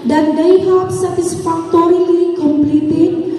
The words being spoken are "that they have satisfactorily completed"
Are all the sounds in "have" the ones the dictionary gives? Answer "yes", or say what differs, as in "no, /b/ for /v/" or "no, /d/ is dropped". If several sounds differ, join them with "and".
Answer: no, /p/ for /v/